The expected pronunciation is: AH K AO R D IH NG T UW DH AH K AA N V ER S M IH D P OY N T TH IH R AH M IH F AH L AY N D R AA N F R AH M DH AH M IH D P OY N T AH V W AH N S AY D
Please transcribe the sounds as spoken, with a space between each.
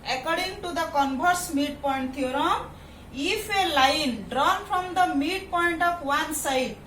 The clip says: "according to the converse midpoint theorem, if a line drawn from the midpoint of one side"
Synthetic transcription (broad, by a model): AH K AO R D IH NG T UW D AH K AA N B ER S M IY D P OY N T T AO R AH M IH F AH L AY N D R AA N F R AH M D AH M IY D P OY N T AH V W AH N S AY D